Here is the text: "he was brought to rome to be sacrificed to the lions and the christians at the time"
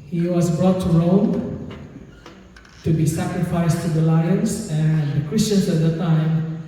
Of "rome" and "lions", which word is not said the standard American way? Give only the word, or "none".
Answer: lions